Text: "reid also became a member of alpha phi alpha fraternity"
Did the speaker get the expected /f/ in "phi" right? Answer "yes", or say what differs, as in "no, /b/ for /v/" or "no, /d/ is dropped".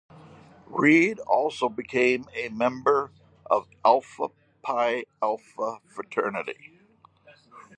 no, /p/ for /f/